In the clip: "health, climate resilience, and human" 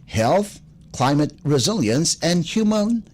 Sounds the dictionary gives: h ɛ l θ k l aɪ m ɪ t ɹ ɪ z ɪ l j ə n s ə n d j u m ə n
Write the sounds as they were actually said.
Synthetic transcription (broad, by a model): h ɛ l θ k l aɪ m ɪ t ɹ ɪ z ɪ l j ə n s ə n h j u m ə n